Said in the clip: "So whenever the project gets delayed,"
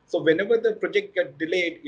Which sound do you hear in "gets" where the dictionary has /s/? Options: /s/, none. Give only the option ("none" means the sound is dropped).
none